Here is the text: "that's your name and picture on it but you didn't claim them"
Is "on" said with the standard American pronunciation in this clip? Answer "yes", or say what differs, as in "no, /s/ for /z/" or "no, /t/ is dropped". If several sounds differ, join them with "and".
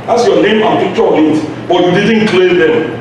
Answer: no, /l/ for /n/